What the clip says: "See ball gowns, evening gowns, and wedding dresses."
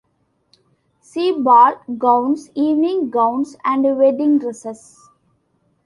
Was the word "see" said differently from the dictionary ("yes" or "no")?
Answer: no